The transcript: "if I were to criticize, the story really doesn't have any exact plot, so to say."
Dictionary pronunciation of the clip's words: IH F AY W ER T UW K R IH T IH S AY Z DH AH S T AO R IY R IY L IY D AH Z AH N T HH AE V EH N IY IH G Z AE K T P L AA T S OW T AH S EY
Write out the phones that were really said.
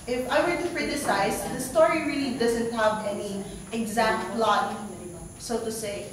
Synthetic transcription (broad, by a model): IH F AY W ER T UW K R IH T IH S AY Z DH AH S T AO R IY R IY L IY D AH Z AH N T HH AE V EH N IY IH G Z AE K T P L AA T S OW T AH S EY